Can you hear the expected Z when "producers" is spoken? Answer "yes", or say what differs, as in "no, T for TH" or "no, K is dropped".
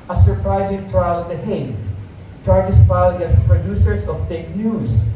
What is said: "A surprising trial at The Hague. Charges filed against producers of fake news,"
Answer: no, S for Z